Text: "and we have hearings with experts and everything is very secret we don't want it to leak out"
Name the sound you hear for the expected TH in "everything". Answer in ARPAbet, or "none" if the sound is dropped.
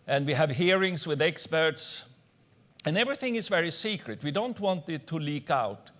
TH